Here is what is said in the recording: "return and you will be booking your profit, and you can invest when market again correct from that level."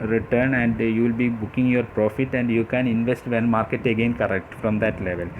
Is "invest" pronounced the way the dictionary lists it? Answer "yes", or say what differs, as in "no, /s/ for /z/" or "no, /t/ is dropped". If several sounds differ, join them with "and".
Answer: yes